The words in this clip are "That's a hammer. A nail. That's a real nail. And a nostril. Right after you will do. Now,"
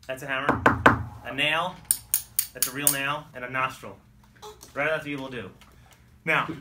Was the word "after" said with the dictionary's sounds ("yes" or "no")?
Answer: no